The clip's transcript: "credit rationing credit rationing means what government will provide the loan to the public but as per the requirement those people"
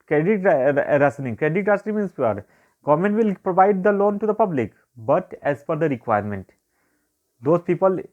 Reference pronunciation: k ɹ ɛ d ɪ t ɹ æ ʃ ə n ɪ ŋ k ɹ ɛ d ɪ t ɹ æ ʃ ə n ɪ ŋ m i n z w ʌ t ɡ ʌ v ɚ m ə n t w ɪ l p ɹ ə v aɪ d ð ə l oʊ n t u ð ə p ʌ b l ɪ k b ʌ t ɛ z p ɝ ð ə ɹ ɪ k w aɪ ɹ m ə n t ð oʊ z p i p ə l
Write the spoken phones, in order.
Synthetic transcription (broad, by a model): k ɹ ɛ d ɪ t ɹ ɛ s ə n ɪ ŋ k ɹ ɛ d ɪ t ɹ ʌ s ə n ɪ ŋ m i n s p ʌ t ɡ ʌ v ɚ m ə n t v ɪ l p ɹ ə v aɪ d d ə l oʊ n t u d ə p ʌ b l ɪ k b ʌ t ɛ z f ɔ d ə ɹ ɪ k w aɪ ɹ m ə n t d oʊ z p i p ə l